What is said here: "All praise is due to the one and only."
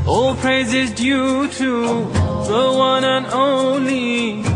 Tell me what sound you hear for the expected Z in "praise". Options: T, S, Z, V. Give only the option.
Z